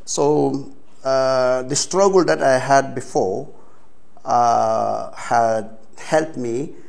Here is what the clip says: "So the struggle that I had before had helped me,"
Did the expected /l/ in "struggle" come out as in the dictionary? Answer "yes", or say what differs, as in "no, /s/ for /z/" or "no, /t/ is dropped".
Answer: yes